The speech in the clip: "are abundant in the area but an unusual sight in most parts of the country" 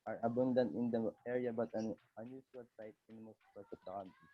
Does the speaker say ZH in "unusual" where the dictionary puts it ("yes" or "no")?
no